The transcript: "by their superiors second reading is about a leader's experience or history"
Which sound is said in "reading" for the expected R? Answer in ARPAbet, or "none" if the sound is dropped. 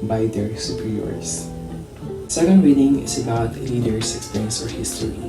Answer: W